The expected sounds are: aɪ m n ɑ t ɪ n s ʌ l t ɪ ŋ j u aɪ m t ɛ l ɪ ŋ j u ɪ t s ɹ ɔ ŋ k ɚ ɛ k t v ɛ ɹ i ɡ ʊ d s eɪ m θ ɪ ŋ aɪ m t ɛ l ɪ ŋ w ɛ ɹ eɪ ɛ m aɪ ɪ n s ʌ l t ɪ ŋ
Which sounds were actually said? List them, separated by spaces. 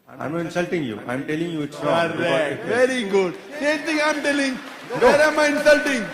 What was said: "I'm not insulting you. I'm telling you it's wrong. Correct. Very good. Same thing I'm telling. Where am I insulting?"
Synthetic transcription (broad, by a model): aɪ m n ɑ ɪ n s ʌ l t ɪ ŋ j u aɪ m t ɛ l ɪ ŋ j u ɪ t s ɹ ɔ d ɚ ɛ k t v ɛ ɹ i ɡ ʊ d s eɪ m t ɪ ŋ aɪ m t ɛ l ɪ ŋ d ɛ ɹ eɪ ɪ m aɪ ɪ n s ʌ l t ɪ ŋ